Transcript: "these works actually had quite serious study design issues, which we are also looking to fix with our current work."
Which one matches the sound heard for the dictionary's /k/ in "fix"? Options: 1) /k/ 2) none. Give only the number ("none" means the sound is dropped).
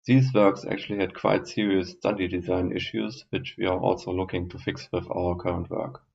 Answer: 1